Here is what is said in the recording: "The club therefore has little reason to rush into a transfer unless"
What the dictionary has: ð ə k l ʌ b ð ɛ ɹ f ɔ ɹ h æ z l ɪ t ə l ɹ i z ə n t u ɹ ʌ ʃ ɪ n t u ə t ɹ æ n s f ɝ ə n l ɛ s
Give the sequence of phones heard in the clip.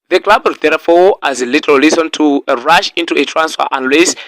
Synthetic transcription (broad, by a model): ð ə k l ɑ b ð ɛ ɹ f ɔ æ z l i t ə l l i s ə n t u ɹ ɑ ʃ ɪ n t u ə t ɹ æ n s f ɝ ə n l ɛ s